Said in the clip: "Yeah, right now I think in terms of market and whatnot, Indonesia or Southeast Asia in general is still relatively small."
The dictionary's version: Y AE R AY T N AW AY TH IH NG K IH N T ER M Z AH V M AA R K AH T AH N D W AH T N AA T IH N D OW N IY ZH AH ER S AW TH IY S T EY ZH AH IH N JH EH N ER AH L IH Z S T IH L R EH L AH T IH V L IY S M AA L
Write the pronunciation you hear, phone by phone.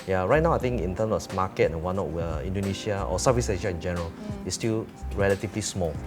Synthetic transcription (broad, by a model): Y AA R AY T N AW AY T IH NG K IH N T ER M S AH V M AA K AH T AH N W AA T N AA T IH N D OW N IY SH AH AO S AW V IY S EY SH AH IH N JH EH N ER AH L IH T S T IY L R EH L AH T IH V L IY S M AA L